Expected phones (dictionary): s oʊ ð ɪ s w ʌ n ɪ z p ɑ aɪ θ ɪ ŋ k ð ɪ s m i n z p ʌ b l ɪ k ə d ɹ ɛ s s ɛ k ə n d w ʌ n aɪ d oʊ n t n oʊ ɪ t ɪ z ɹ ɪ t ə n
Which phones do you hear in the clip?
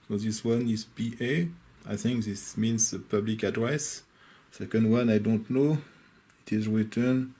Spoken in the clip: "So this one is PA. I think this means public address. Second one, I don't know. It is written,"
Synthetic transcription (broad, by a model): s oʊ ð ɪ s w ʌ n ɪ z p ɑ aɪ θ ɪ ŋ k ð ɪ s m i n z p ʌ b l ɪ k ə d ɹ ɛ s s ɛ k ə n d w ʌ n aɪ d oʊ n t n oʊ ɪ t ɪ z ɹ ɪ t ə n